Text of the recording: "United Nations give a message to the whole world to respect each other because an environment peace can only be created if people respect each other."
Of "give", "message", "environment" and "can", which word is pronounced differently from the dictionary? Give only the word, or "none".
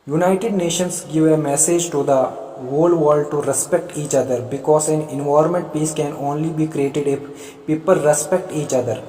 environment